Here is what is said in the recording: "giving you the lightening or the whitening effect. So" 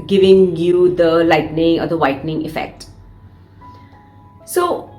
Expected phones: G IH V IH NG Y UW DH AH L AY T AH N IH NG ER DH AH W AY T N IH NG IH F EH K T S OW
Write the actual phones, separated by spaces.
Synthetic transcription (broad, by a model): G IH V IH NG Y UW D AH L AY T N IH NG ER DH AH W AY T N IH NG IH F EH K T S OW